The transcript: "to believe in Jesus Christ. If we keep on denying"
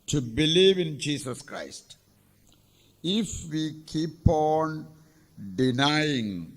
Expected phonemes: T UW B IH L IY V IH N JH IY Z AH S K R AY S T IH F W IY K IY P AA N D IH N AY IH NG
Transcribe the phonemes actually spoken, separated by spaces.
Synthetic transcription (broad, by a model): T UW B IH L IY V IH N JH IY S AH S K R AY S T IH F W IY K IY P AA N D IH N AY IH NG